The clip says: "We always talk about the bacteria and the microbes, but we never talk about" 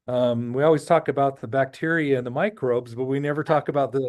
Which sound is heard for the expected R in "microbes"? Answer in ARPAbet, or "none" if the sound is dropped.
R